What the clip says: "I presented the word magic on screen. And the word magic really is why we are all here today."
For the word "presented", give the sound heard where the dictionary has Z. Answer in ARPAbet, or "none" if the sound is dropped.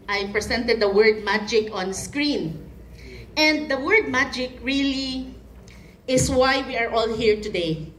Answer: S